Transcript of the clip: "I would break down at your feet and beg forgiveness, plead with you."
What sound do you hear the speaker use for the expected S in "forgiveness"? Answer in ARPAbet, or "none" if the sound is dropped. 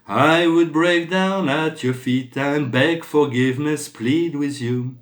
S